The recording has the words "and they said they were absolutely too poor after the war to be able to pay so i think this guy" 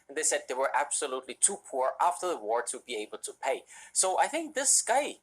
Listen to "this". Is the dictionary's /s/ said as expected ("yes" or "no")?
yes